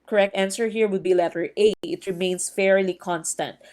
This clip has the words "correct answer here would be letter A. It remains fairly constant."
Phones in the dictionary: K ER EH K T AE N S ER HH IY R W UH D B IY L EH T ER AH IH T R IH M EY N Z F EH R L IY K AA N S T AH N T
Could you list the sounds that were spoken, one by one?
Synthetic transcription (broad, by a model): K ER EH K T AE N S ER HH IY R W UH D B IY L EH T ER AH IH T R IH M EY N S F EH R L IY K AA N S T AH N T